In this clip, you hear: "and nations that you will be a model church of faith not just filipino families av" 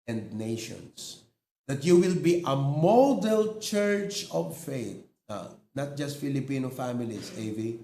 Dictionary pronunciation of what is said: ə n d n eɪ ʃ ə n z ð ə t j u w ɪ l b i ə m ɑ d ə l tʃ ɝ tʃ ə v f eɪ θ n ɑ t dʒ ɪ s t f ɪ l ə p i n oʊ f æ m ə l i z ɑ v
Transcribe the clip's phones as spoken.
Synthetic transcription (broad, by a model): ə n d n eɪ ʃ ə n s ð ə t j u w ɪ l b i ə m ɑ d ə l tʃ ɝ tʃ ə v f eɪ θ n ɑ t dʒ ɪ s t f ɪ l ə p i n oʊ f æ m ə l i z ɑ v